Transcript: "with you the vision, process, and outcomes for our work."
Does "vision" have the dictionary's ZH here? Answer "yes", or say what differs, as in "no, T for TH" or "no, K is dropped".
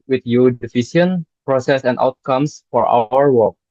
no, S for ZH